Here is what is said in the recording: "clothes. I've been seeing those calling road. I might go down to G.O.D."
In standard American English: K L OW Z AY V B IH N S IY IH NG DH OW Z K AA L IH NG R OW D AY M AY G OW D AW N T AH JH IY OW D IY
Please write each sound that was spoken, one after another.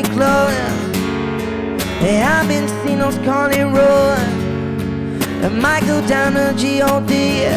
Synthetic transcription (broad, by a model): K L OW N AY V B IH N S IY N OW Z K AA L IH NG R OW AY M AY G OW D AW N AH JH IY OW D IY